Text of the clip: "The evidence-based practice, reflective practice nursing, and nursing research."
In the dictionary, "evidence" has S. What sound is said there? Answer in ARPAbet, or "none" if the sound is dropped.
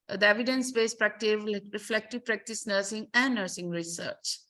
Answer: S